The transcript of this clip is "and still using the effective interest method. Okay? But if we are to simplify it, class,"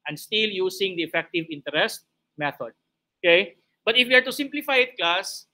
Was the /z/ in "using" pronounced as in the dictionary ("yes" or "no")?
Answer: no